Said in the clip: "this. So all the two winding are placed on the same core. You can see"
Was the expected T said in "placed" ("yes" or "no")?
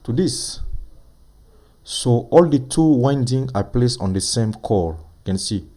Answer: no